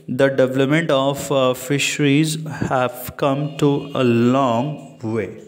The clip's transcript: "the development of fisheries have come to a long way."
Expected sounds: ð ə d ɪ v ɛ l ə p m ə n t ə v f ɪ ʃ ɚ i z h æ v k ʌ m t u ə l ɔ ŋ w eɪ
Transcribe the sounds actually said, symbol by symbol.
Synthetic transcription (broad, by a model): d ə d ɪ v ɛ l ə p m ə n t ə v f ɪ ʃ ɚ i z h æ v k ʌ m t u ə l ɔ ŋ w eɪ